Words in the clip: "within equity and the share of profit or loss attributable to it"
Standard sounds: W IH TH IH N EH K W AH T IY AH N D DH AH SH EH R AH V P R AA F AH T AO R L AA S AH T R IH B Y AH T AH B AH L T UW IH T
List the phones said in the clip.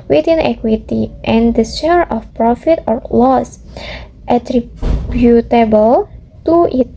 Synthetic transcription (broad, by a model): W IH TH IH N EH K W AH T IY AH N D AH S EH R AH F P R AA F AH T AO R L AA S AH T R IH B Y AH T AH B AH L T UW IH T